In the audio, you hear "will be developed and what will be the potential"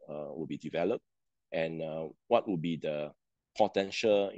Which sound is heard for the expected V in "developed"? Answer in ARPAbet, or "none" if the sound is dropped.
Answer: V